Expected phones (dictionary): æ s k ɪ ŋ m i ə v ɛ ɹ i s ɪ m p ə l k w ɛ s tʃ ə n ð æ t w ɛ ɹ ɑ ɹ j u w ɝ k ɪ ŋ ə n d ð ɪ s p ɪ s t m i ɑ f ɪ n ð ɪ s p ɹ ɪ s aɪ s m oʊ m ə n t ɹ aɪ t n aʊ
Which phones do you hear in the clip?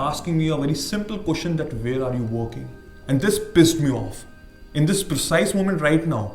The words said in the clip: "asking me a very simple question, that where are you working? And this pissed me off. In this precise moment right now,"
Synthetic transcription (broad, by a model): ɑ s k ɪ ŋ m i ə v ɛ ɹ i s ɪ m p ə l k w ɛ s tʃ ə n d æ t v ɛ ɹ ɑ ɹ j u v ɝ k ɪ ŋ ə n d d ɪ s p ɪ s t m i ɑ f ɪ n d ɪ s p ɹ ɪ s aɪ s m oʊ m ə n t ɹ aɪ t n aʊ